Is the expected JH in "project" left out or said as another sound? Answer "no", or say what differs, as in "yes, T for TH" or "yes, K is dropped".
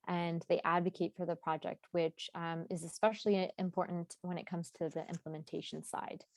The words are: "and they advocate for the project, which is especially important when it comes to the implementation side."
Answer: no